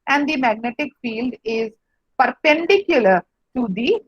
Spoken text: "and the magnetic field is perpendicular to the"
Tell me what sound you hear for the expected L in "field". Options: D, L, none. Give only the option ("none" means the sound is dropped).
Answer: L